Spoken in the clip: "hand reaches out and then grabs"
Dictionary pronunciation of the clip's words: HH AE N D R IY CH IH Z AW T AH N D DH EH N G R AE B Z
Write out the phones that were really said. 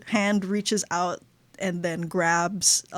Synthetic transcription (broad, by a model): HH AE N D R IY CH IH Z AW T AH N DH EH N G R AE B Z